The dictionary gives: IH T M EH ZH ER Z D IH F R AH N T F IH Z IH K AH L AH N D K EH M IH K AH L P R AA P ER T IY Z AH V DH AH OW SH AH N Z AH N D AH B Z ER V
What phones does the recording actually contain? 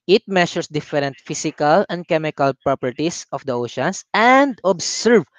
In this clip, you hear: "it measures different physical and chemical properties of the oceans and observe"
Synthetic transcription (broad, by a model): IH T M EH SH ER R D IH F R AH N T F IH S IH K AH L AH N D K EH M IH K AH L P R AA P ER T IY S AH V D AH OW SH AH N S AH N D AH B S ER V